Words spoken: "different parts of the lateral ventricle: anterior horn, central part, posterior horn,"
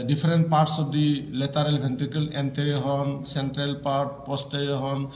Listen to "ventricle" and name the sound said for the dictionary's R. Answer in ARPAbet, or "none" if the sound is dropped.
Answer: none